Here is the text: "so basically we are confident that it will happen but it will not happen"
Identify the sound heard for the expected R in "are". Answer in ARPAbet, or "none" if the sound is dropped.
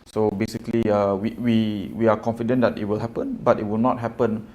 W